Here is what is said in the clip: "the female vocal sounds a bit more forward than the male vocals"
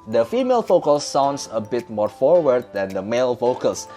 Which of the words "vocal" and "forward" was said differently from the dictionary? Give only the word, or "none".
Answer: vocal